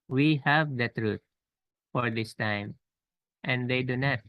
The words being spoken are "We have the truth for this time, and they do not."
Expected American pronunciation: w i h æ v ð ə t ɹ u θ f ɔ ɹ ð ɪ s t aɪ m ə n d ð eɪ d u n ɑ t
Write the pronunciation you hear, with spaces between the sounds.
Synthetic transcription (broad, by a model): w i h æ v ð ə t ɹ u t f ɔ ɹ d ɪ s t aɪ m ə n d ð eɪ d u n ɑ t